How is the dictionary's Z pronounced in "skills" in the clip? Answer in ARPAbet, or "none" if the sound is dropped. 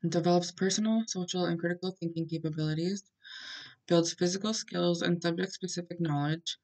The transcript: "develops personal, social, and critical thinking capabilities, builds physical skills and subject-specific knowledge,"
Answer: Z